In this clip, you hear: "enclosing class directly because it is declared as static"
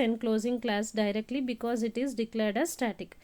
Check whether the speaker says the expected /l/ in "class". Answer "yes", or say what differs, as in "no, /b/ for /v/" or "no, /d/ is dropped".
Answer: yes